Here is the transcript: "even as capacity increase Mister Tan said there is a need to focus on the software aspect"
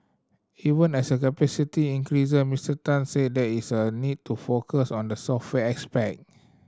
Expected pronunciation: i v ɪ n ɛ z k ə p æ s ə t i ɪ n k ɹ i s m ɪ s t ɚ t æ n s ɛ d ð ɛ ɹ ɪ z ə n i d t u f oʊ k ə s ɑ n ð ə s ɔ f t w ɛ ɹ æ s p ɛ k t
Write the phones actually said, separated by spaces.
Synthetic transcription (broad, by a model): i v ɪ n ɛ s k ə p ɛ s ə t i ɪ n k ɹ i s m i s t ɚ t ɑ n s ɛ d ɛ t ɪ s ə n i d t u f oʊ k ə s ɑ n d ə s ɔ f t w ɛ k s p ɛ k